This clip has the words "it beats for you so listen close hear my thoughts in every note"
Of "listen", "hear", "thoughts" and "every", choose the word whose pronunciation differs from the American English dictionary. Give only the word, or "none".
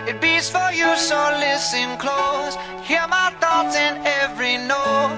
thoughts